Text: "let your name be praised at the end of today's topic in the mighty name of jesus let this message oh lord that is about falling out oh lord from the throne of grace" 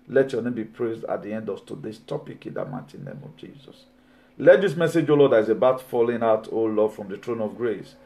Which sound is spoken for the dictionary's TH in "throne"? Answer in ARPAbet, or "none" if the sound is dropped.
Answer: T